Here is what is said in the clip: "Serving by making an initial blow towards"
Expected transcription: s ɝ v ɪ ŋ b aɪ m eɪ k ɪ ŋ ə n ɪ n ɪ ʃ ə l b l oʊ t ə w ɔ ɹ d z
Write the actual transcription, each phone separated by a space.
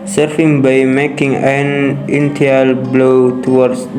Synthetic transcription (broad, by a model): s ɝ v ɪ ŋ b aɪ m eɪ k ɪ ŋ ə n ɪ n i ə l b l oʊ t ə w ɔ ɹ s